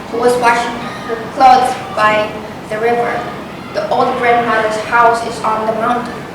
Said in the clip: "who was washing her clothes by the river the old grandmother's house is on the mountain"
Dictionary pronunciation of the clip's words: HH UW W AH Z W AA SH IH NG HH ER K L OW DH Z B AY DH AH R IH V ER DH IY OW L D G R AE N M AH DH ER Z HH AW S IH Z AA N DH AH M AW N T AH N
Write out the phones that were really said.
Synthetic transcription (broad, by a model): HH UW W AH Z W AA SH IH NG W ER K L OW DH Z B AY DH AH R IH V ER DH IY OW L D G R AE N M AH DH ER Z HH AW S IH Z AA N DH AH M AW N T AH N